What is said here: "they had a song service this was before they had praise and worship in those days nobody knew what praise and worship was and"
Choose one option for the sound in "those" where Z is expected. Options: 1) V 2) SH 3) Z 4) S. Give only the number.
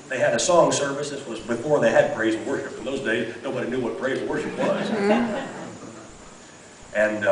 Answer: 3